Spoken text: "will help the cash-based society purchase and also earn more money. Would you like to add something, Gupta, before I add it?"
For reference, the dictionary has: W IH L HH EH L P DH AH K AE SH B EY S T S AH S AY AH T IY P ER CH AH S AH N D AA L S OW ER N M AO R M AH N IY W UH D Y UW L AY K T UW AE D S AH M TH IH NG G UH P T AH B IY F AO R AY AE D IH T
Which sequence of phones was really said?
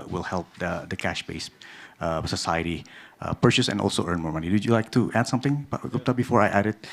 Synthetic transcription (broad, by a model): W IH L HH EH L P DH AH K AE SH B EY S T S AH S AY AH T IY P ER CH AH S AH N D AA L S OW ER N M AO R M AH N IY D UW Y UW L AY K T UW AE D S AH M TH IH NG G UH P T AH B IY F AO R AY AE D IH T